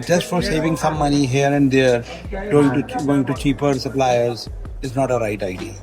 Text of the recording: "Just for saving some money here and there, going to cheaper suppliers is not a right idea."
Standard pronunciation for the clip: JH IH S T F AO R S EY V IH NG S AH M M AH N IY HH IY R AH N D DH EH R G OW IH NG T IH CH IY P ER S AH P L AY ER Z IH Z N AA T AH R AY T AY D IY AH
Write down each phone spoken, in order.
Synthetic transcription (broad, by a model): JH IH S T F AO R S EY V IH NG S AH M M AH N IY HH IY R AH N D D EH R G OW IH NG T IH CH IY P ER S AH P L AY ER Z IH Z N AA T AH R AY T AY D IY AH